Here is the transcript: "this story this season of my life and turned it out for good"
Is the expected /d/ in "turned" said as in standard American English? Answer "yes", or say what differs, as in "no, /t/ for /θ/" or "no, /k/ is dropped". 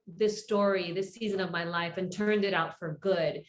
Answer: yes